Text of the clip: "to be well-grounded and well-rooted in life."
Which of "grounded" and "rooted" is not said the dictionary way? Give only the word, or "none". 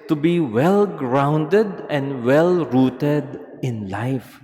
none